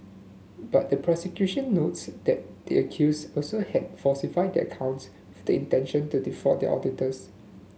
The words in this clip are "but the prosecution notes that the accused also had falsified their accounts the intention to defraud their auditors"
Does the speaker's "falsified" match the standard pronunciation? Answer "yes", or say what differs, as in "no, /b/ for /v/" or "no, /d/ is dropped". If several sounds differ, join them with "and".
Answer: no, /l/ is dropped